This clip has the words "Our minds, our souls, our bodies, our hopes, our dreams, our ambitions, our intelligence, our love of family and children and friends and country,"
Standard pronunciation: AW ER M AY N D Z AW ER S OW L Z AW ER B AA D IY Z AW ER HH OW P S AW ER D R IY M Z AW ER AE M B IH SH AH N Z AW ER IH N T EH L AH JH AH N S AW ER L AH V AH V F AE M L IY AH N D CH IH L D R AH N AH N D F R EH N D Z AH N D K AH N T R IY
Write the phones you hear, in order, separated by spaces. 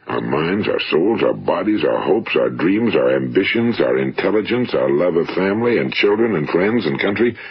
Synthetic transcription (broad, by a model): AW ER M AY N D Z AW ER S OW L Z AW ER B AA D IY Z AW ER HH OW P S AW ER D R IY M Z AW ER AE M B IH SH AH N Z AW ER IH N T EH L AH JH AH N S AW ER L AH V AH V F AE M L IY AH N CH IH L D R AH N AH N F R EH N D Z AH N K AH N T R IY